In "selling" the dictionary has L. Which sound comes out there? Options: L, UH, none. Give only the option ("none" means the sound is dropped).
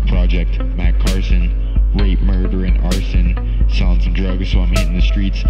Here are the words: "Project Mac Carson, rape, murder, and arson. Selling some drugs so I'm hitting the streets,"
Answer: none